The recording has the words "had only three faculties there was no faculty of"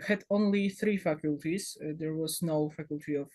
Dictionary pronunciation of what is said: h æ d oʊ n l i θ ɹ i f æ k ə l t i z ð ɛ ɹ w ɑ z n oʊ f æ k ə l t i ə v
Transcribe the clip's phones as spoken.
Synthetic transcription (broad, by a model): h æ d oʊ n l i θ ɹ i f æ k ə l t i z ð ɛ ɹ w ɑ z n oʊ f æ k ə l t i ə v